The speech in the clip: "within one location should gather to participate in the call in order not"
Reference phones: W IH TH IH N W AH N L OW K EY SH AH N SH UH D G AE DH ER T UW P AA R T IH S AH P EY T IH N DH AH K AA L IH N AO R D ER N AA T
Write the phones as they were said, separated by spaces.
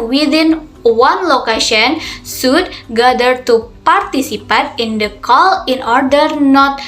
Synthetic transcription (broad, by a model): W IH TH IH N W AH N L OW K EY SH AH N S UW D G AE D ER T UW P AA R T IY S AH P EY T IH N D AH K AA L IH N AO R D ER N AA T